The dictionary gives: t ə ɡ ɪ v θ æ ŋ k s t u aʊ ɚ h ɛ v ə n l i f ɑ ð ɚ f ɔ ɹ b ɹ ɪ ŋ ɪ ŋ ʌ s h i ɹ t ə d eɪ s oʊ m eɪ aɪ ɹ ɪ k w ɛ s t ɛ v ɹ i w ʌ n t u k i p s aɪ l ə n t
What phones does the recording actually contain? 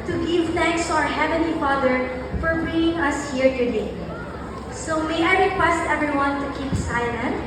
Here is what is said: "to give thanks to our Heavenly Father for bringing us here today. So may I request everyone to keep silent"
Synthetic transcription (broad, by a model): t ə ɡ ɪ v θ æ ŋ k s t u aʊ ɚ h ɛ v ə n l i f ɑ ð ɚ f ɔ ɹ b i ɪ ŋ ʌ s h i ɹ t ə d eɪ s oʊ m eɪ aɪ ɹ ɪ k w ɛ s t ɛ v ɹ i w ʌ n t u k i p s aɪ l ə n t